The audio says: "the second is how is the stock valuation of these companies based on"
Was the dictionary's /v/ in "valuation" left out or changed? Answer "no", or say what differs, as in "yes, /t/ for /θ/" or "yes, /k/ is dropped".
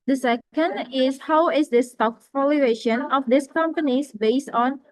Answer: yes, /f/ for /v/